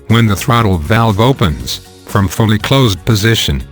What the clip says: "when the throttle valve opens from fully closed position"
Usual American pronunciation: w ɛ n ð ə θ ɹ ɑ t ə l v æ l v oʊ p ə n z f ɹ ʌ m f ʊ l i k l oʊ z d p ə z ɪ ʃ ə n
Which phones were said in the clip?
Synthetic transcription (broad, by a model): w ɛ n ð ə θ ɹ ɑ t l v æ l v oʊ p ə n z f ɹ ʌ m f ʊ l i k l oʊ z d p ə z ɪ ʃ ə n